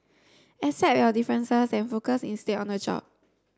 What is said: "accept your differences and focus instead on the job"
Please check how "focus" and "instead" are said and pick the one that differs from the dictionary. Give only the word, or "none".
instead